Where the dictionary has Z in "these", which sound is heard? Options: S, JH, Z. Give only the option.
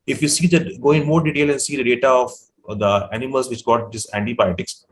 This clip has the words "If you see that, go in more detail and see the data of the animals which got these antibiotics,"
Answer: S